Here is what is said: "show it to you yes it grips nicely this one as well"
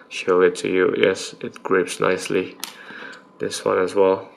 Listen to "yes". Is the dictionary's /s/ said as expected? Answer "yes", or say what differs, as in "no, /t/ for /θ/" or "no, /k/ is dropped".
yes